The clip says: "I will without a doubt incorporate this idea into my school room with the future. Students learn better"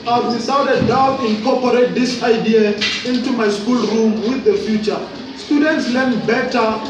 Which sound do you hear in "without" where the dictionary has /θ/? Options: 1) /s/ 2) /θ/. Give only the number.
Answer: 1